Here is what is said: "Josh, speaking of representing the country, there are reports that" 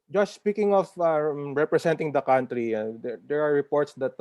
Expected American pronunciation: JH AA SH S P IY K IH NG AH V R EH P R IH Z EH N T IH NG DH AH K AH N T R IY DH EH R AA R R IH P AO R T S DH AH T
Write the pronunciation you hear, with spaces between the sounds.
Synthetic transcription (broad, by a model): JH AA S S P IY K IH NG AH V R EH P R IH S EH N T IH NG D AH K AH N T R IY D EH R AA R R IH P AO R T S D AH T